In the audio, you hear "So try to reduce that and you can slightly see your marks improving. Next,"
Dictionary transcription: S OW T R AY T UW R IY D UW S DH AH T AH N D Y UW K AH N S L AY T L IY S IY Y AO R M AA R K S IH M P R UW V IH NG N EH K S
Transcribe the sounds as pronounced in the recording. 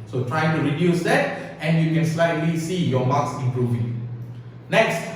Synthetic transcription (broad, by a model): S OW T R AY T UW R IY D UW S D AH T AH N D Y UW K AH N S L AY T L IY S IY Y AO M AA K S IH M P R UW V IH NG N EH K S